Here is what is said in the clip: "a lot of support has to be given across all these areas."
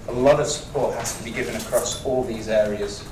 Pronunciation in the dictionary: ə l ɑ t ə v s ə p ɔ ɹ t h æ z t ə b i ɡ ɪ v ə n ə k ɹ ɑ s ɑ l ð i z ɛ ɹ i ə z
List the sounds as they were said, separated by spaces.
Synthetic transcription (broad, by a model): ə l ɑ t ə v s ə p ɔ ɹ t h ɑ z t ə b i ɡ ɪ v ə n ə k ɹ ɑ s ɑ l ð i z ɛ ɹ i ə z